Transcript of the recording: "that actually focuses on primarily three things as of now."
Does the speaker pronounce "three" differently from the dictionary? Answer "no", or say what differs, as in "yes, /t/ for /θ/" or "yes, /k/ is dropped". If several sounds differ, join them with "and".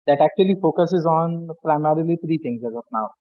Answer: yes, /t/ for /θ/